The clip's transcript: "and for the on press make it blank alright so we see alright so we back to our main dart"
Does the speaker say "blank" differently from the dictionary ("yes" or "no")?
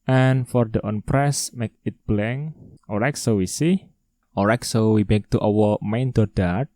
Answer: yes